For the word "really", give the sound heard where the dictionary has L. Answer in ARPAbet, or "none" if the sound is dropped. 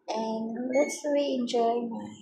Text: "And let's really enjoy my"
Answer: none